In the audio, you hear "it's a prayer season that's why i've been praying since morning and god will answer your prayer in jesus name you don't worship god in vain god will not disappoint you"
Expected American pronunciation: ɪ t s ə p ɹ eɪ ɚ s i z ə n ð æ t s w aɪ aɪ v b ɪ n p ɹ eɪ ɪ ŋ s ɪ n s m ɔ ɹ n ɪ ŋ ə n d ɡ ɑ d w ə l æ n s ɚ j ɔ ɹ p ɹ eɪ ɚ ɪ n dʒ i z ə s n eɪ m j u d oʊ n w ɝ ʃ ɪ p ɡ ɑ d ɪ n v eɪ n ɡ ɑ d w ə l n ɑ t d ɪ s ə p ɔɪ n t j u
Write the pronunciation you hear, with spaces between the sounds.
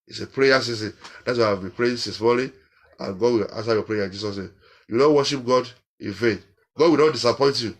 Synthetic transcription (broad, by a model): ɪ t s ə p ɹ eɪ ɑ s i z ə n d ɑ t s w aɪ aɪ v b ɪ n p ɹ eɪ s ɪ s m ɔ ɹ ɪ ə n ɡ ɑ d w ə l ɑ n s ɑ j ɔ p ɹ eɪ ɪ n dʒ i s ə s n eɪ m j u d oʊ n w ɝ ʃ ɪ p ɡ ɑ d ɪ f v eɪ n ɡ ɑ d w ə l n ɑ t d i s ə p ɔɪ n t j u